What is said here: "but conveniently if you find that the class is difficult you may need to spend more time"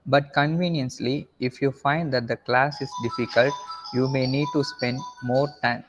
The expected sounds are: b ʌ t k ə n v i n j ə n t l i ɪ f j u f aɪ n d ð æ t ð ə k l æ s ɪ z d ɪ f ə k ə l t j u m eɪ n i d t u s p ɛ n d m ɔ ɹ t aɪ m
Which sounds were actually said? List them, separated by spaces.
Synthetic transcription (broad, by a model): b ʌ t k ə n v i n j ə n s l i ɪ f j u f aɪ n d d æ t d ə k l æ s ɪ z d ɪ f ə k ə l t j u m eɪ n i d t u s p ɛ n d m ɔ ɹ t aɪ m